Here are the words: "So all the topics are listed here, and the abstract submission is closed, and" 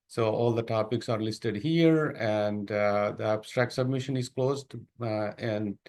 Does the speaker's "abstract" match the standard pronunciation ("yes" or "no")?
yes